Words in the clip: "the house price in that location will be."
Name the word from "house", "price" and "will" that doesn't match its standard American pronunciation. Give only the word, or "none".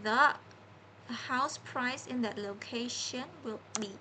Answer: none